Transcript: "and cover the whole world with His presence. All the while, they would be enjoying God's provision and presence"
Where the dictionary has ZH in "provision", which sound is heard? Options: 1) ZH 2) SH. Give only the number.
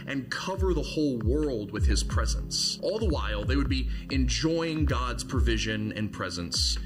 1